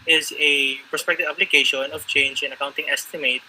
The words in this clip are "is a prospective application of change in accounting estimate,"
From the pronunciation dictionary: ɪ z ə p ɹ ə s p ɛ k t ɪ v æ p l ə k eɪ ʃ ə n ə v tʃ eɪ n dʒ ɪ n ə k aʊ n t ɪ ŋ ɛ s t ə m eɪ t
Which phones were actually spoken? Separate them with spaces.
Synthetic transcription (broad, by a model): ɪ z ə p ɹ ə s p ɛ k t ɪ v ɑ b l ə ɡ eɪ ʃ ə n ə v tʃ eɪ n dʒ ɪ n ə k aʊ n t ɪ ŋ ɛ s t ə m eɪ t